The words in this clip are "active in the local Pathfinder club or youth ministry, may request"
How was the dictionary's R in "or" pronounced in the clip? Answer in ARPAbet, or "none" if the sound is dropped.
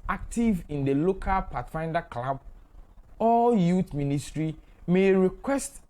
L